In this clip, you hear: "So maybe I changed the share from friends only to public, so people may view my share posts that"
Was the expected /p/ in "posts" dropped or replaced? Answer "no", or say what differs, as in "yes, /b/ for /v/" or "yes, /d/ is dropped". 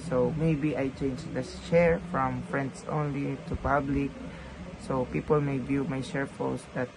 yes, /f/ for /p/